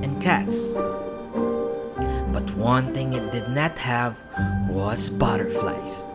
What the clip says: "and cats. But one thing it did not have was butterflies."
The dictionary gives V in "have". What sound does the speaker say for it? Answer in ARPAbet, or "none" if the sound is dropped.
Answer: V